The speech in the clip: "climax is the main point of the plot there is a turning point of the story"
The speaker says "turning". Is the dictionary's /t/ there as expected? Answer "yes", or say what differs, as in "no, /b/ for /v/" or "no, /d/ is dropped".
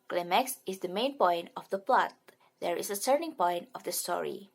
no, /s/ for /t/